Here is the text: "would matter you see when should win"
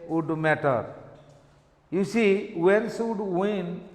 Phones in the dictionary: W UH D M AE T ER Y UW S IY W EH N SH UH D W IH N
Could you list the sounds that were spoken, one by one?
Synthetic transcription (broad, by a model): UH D M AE T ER Y UW S IY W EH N S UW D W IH N